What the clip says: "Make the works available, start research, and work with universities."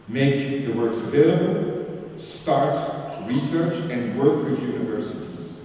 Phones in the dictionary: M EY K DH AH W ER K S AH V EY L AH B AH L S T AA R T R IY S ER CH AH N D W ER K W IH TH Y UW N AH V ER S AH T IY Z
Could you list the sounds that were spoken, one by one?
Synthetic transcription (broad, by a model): M EY K DH AH W ER K S AH V EY L AH B AH L S T AA R T R IY S ER CH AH N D W ER K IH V Y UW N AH V ER S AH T IY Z